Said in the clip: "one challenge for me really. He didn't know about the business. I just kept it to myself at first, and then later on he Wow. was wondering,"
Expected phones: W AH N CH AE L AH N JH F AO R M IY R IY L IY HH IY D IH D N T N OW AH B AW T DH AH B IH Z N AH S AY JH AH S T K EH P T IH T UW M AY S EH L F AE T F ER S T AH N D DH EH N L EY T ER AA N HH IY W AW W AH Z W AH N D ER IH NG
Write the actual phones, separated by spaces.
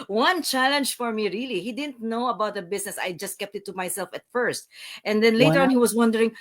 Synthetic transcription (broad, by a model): W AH N CH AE L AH N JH F AO R M IY R IY L IY HH IY D IH D N T N OW AH B AW T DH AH B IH S N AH S AY JH AH S T K EH P T IH T UW M AY S EH L F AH T F ER S T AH N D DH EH N L EY T ER AA N HH IY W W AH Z W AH N D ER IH NG